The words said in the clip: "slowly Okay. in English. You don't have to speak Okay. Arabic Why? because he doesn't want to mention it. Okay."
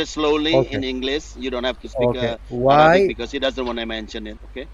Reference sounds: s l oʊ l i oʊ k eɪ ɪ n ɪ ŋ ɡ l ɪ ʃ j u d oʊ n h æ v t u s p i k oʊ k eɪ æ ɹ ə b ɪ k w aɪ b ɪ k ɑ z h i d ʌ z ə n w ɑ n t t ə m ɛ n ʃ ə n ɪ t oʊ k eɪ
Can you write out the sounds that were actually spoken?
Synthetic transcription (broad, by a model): s l oʊ l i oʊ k ɪ n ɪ ŋ ɡ l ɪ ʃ j u d oʊ n h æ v t u s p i oʊ k eɪ w aɪ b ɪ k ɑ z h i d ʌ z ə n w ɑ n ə m ɛ n ʃ ə n ɪ t oʊ k eɪ